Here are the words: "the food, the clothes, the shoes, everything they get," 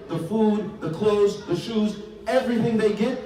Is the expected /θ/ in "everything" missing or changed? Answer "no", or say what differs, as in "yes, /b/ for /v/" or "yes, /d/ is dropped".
no